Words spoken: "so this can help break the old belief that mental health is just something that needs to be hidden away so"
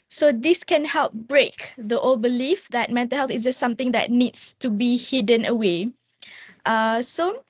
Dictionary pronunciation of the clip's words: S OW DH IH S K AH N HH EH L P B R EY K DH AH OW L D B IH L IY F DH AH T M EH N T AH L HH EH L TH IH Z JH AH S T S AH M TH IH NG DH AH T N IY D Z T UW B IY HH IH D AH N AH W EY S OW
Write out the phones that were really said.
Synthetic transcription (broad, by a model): S OW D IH S K AH N HH EH L P B R EY K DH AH OW L B IH L IY F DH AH T M EH N T AH L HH EH L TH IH S JH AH S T S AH M T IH NG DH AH T N IY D S T UW B IY HH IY D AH N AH W EY S OW